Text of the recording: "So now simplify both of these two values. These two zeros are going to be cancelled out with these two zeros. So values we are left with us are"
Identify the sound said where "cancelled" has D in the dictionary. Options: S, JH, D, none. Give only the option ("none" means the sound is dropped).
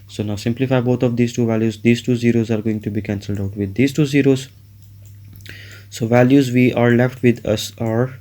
D